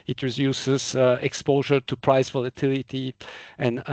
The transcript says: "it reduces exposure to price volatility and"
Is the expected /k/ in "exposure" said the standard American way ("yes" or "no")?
yes